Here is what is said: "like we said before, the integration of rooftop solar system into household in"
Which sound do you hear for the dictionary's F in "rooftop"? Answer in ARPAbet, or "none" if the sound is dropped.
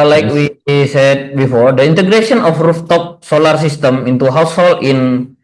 F